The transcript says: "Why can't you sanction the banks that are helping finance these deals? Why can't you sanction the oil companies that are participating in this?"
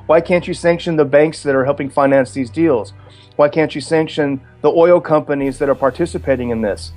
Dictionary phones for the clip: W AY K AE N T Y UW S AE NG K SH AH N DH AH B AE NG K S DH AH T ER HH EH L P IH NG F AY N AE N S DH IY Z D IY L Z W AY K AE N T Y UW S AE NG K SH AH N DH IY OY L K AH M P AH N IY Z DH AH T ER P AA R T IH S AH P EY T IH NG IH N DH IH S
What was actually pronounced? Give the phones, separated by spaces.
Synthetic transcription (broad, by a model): W AY K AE N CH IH S AE NG K SH AH N DH AH B AE NG K S DH AH T ER HH EH L P IH NG F AY N AE N S DH IY Z D IY L Z W AY K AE N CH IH S AE NG K SH AH N DH IY OY L K AH M P AH N IY Z DH AH T ER P AA R T IH S AH P EY T IH NG IH N DH IH S